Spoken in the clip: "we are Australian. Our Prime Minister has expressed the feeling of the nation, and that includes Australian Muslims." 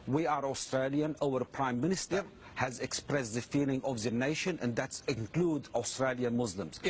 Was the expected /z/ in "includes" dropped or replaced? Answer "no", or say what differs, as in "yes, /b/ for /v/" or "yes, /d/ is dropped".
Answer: yes, /z/ is dropped